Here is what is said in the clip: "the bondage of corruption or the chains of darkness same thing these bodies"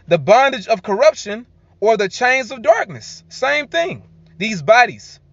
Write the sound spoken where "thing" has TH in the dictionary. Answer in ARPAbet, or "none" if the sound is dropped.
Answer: TH